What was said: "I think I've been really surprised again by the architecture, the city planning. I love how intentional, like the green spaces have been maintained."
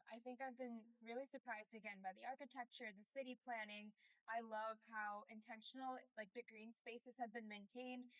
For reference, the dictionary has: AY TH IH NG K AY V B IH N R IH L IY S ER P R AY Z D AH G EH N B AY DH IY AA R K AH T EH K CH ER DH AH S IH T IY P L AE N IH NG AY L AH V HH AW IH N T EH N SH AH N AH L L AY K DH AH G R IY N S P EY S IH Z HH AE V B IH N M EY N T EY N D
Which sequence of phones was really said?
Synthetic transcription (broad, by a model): AY TH IH NG K AY V B IH N R IH L IY S ER P R AY Z D AH G EH N B AY DH IY AA R K AH T EH K CH ER DH AH S IH T IY P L AE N IH NG AY L AH V HH AW IH N T EH N SH N L L AY K DH AH G R IY N S P EY S IH Z HH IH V B IH N M EY N T EY N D